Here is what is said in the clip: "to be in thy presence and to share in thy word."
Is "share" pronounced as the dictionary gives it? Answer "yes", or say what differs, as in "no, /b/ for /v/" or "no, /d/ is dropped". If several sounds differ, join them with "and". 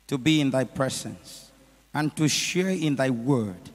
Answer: yes